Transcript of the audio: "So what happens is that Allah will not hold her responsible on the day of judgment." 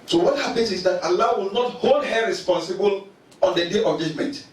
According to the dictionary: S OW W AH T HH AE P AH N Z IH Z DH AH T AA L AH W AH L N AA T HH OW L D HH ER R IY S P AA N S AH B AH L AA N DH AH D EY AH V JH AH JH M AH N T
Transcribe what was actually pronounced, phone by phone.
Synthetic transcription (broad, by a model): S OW W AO T HH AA P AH N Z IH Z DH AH T AA L AH W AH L N AA T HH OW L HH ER R IY S P AA N S AH B AH L AA N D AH D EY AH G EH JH M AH N T